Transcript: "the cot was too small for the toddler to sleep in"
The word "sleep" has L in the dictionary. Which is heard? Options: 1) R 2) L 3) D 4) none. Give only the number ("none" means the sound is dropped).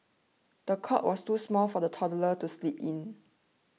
2